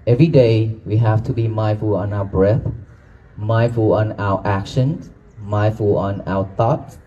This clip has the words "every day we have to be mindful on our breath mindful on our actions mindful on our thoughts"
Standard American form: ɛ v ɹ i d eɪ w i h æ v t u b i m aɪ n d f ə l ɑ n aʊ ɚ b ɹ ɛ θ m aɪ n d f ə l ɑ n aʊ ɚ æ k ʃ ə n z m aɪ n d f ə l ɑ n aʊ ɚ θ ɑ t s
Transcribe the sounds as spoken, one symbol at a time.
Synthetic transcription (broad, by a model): ɛ v ɹ i d eɪ w i h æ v t u b i m aɪ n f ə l ɑ n aʊ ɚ b ɹ ɛ θ m aɪ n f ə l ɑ n aʊ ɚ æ k ʃ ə n m aɪ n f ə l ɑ n aʊ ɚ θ ɑ t